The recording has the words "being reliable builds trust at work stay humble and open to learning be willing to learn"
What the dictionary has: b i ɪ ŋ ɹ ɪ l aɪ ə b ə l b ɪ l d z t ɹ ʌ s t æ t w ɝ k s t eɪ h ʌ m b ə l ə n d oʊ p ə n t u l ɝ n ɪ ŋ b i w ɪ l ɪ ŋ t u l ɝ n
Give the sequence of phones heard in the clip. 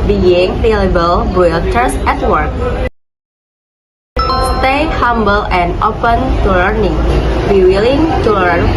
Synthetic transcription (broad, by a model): b i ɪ ŋ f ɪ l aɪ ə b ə l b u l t ʌ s ɛ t w ɝ k s t eɪ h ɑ m b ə l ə n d oʊ p ə n t u l ɝ n ɪ ŋ b i w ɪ l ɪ ŋ t u l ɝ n